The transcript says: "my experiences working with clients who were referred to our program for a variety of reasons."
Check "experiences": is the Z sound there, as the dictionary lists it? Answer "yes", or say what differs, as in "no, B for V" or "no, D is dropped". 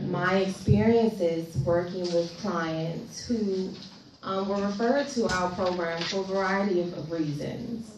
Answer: yes